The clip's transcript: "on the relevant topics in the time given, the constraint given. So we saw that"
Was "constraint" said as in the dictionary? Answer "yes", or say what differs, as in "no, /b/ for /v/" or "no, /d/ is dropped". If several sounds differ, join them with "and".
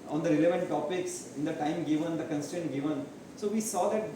no, /ɹ/ is dropped